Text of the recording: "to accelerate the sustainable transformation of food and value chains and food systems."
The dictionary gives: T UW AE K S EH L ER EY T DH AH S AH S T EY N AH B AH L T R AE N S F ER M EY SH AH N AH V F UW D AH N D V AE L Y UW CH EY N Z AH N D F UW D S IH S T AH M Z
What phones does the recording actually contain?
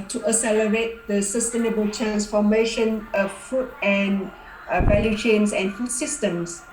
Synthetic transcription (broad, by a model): T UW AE S EH L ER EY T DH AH S AH S T EY N AH B AH L T R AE N S F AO M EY SH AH N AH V F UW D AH N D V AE L Y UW CH EY N S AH N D F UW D S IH S T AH M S